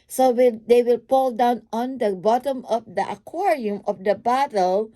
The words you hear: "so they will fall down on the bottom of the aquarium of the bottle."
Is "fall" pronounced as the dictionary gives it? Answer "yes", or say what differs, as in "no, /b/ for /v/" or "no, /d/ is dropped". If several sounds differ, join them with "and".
no, /p/ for /f/